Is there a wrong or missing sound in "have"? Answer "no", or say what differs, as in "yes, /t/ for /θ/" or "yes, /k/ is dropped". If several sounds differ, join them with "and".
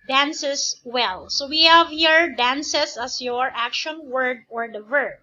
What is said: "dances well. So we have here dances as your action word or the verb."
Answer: no